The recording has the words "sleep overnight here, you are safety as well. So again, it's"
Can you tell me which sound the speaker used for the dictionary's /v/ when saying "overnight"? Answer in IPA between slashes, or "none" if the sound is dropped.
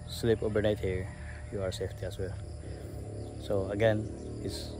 /b/